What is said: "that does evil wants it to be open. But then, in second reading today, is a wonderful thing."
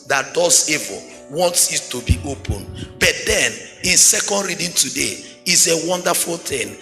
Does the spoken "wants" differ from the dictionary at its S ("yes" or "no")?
no